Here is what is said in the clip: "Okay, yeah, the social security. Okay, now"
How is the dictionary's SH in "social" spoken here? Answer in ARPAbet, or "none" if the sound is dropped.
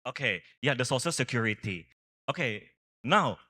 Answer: S